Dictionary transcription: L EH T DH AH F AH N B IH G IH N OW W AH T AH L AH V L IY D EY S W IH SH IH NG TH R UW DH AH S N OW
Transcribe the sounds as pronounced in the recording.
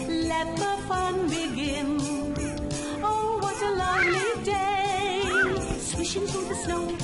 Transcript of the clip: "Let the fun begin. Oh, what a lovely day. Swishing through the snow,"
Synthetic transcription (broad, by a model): L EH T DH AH F AH N B IH G IH N OW W AH T AH L AH V L IY D EY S W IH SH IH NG F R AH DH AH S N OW